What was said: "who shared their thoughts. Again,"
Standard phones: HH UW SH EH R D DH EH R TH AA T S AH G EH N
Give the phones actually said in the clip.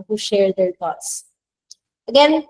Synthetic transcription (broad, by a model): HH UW SH EH R D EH R T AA T S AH G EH N